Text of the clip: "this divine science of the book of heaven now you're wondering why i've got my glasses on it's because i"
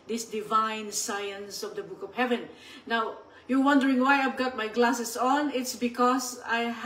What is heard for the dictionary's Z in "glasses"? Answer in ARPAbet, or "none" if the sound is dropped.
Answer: S